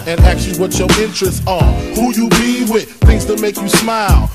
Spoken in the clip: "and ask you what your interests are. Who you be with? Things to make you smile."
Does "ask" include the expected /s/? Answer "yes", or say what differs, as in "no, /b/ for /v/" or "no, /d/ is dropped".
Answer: no, /s/ is dropped